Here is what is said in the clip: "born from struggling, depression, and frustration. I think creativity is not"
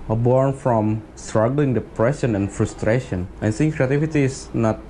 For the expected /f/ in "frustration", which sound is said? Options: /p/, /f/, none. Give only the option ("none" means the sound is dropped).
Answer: /f/